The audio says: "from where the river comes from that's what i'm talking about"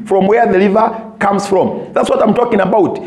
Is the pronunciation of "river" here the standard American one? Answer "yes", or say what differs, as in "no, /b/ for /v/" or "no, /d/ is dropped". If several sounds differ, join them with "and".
no, /l/ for /ɹ/